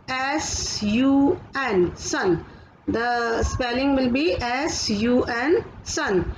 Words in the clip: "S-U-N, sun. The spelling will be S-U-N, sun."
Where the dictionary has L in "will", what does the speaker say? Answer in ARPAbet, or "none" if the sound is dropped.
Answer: L